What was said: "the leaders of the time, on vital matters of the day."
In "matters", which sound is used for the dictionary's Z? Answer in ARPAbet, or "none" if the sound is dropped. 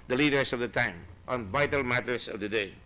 S